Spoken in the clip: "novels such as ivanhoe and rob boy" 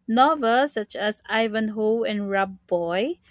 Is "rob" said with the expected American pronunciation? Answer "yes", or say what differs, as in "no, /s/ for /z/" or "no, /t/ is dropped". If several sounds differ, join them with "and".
yes